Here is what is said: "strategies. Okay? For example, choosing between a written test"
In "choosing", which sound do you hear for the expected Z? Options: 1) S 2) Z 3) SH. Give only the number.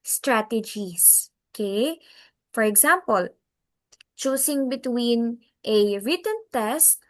1